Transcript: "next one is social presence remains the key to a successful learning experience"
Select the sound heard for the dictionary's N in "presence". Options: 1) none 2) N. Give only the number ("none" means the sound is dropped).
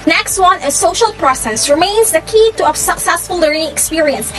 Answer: 1